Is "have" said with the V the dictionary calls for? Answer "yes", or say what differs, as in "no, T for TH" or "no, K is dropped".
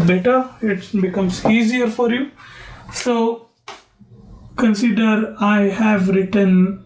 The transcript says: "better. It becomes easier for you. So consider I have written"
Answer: yes